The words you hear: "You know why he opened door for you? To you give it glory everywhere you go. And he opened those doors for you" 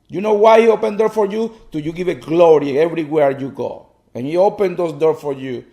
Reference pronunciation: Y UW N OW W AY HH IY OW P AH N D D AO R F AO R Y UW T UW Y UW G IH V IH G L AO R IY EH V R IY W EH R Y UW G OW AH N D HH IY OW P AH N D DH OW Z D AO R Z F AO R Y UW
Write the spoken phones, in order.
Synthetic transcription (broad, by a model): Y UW N OW W AY HH IY OW P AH N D D AO R F AO R Y UW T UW Y UW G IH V IH G L AO R IY EH V R IY W EH R Y UW G OW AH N HH IY OW P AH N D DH OW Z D AO R F AO R Y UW